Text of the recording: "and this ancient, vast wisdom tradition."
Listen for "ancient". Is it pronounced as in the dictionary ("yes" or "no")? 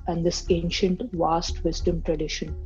yes